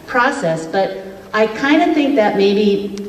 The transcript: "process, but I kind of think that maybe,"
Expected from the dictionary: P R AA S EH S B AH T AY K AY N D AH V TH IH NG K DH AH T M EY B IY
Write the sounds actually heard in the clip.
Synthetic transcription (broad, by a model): P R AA S EH S B AH T AY K AY N D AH TH IH NG K DH AH T M EY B IY